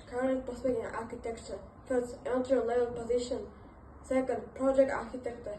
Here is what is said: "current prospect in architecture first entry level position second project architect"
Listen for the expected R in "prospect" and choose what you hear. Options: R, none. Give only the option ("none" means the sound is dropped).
none